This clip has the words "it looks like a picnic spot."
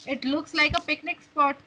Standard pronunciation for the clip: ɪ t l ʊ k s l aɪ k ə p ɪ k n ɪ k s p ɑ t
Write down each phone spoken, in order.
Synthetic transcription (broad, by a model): ɪ t l ʊ k s l aɪ k ə p ɪ k n ɪ k s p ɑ t